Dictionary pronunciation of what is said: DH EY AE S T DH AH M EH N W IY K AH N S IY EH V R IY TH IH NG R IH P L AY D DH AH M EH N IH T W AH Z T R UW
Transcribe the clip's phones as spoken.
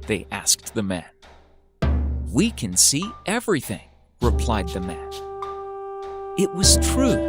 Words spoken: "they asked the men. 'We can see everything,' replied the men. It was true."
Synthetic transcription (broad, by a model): DH EY AE S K DH AH M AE N W IY K AH N S IY EH V R IY TH IH NG R IH P L AY D DH AH M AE N IH T W AH Z T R UW